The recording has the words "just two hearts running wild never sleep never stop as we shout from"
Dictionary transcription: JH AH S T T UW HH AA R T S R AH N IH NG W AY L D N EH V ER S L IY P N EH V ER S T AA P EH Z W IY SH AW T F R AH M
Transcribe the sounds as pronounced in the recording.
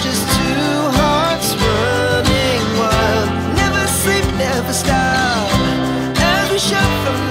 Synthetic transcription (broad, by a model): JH AH S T T UW HH AA R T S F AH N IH NG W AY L N EH V ER S L IY P N EH V ER S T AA EH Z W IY SH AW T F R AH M